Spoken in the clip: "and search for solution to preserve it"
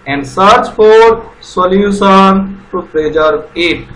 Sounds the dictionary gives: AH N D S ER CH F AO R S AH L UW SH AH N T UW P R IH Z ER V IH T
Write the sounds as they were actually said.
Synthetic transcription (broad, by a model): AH N D S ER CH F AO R S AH L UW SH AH N T UW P R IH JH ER IH T